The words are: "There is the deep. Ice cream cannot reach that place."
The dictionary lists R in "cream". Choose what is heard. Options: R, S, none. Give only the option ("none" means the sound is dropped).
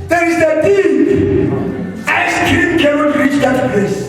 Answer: none